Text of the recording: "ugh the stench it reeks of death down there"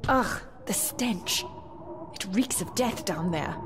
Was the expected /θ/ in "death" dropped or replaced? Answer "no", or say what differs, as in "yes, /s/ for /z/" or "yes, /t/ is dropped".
no